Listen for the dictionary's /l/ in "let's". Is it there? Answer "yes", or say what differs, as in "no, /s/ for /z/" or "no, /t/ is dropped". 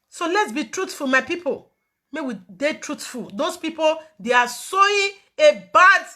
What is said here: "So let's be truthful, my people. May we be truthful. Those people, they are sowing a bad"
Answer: yes